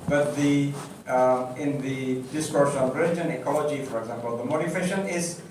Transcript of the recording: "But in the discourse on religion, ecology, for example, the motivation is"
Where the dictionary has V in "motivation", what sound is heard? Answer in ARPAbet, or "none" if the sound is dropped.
F